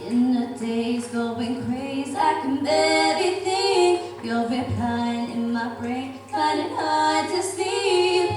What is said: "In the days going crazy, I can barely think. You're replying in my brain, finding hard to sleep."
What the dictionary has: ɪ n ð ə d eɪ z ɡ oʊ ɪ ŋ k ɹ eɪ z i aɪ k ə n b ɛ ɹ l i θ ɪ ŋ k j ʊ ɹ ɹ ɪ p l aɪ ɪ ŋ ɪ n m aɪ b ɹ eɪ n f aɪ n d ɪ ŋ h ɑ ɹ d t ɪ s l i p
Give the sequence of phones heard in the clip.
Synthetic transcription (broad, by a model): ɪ n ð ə d eɪ z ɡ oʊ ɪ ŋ k ɹ eɪ z i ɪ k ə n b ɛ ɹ i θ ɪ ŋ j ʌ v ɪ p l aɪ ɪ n ɪ n m aɪ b ɹ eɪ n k aɪ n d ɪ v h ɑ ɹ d t ɪ s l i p